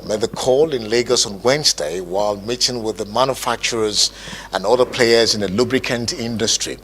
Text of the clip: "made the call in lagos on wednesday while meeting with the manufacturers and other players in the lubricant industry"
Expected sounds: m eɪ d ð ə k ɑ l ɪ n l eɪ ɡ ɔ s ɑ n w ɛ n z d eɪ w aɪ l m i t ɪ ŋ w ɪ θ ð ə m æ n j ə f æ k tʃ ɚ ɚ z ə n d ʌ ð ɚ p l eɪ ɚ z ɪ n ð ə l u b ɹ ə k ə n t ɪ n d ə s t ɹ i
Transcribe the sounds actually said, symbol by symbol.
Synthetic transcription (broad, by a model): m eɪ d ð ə k ɑ l ɪ n l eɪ ɡ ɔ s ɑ n w ɛ n z d eɪ w aɪ l m i t ɪ ŋ w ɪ ð ə m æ n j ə f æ k tʃ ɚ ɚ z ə n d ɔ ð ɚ p l eɪ ɚ z ɪ n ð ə l u b ɹ ə k ə n t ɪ n d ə s t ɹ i